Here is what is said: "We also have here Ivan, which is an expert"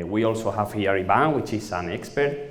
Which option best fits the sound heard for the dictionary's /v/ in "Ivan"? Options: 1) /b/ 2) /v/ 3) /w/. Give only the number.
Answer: 1